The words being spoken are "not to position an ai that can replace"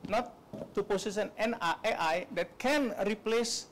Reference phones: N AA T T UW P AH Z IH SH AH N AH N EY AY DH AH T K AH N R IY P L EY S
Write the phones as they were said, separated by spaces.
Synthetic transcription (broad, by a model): N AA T T UW P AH S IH S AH N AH N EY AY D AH T K AH N R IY P L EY S